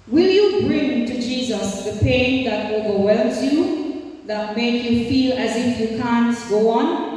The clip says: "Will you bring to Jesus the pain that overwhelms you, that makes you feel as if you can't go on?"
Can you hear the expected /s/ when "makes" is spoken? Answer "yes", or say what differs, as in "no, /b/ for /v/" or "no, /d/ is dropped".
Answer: no, /s/ is dropped